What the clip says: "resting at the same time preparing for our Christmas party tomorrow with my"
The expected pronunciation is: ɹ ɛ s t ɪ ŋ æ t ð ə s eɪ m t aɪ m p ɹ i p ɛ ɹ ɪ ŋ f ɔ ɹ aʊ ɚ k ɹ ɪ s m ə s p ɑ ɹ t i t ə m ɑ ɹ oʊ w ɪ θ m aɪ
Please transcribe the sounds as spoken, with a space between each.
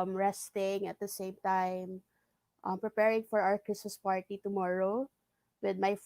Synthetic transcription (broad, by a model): ɹ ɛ s t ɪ ŋ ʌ t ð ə s eɪ m t aɪ m p ɹ i p ɛ ɹ ɪ ŋ f ɔ ɹ aʊ ɚ k ɹ ɪ s m ə s p ɑ ɹ t i t ə m ɑ ɹ oʊ w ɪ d m aɪ